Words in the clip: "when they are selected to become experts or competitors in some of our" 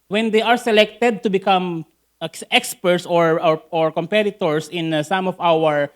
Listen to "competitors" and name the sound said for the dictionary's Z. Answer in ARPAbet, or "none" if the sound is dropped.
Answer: S